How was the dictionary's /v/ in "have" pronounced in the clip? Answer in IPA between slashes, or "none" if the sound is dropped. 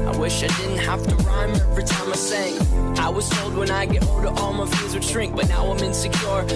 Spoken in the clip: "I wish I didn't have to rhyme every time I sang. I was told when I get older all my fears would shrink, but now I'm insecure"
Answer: /f/